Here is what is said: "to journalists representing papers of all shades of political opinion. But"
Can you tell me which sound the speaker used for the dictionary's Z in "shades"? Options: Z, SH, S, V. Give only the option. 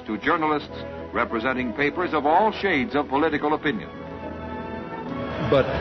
Z